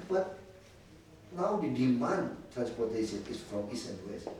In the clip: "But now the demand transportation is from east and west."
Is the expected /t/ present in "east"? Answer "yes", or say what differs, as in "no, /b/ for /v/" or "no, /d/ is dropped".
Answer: no, /t/ is dropped